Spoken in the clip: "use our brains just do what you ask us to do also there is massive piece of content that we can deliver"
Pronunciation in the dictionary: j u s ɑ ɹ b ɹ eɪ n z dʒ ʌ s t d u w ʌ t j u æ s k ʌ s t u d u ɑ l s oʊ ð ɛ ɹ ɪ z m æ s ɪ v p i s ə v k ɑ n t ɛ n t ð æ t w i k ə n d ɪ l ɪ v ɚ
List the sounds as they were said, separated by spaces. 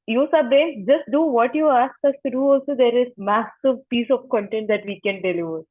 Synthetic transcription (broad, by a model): j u s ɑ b eɪ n dʒ ʌ s t d u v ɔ t j u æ s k ʌ s t u d u ɑ l s oʊ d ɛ ɹ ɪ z m æ s ɪ v p i s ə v k ɑ n t ɛ n t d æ t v i k ə n d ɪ l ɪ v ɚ